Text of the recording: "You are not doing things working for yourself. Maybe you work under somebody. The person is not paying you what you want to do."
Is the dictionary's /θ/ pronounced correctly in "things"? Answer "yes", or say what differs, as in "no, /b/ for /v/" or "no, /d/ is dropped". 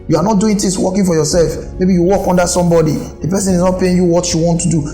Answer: no, /t/ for /θ/